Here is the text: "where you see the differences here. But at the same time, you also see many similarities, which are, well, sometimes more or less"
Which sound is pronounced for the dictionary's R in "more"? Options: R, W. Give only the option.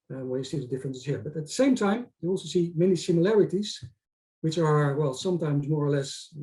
R